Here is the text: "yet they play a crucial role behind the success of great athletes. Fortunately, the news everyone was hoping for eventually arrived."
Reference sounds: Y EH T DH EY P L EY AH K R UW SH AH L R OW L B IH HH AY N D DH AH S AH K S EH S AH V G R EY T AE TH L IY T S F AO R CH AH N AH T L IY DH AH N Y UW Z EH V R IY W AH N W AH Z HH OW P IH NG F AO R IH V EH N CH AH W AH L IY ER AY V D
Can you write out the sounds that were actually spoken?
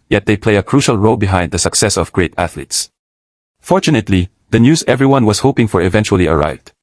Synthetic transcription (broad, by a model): Y EH T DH EY P L EY AH K R UW SH AH L R OW L B IH HH AY N D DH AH S AH K S EH S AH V G R EY T AE TH L IY T S F AO R CH AH N AH T L IY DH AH N Y UW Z EH V R IY W AH N W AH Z HH OW P IH NG F AO R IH V EH N CH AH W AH L IY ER AY V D